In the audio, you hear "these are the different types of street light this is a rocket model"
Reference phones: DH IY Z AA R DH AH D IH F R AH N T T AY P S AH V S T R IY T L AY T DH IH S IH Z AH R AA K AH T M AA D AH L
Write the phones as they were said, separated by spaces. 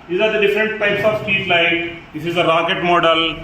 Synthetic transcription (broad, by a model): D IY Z AA R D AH D IH F R AH N T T AY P S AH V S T IY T L AY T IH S IH Z AH R AA K AH T M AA D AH L